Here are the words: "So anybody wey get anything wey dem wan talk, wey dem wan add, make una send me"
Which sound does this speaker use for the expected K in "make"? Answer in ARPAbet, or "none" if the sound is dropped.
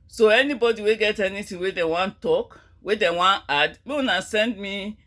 none